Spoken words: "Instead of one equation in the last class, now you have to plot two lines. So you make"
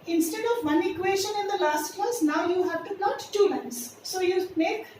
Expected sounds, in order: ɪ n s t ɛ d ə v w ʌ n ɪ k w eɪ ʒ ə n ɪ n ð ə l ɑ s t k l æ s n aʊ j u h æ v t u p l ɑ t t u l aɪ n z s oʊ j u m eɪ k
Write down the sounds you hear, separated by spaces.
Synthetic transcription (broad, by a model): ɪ n s t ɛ d ə v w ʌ n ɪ k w eɪ ʃ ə n ɪ n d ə l ɑ s t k ʌ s n aʊ j u h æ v t u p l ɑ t t u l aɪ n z s oʊ j u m eɪ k